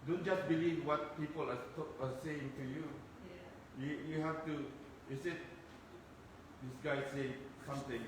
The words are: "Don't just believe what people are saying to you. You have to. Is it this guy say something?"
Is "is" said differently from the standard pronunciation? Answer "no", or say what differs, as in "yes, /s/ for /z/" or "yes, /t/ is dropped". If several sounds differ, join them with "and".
yes, /s/ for /z/